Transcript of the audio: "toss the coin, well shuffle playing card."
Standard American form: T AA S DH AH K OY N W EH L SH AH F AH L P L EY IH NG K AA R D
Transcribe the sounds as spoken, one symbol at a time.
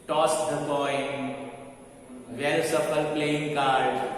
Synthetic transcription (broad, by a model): T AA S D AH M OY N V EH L S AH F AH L P L EY IH NG K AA R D